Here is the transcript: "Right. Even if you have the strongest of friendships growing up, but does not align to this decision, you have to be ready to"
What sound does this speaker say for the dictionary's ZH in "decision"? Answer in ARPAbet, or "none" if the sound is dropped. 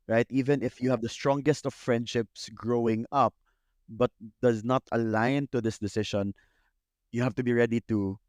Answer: SH